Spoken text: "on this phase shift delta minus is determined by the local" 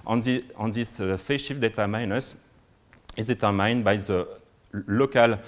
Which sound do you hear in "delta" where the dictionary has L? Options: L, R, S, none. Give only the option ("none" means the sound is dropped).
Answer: none